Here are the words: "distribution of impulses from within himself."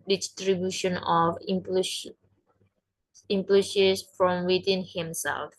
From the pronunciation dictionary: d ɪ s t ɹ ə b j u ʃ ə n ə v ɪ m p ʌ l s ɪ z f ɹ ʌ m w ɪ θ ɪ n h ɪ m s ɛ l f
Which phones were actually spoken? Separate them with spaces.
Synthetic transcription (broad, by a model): d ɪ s t ɹ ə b j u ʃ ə n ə p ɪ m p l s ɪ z f ɹ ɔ m w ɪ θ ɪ n h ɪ m s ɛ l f